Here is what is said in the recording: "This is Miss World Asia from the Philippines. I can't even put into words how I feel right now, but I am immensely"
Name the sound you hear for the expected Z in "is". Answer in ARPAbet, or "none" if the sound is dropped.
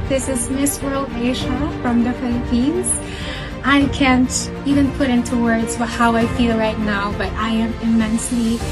Z